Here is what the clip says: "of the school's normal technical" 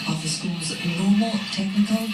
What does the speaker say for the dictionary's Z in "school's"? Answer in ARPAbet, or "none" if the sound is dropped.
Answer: Z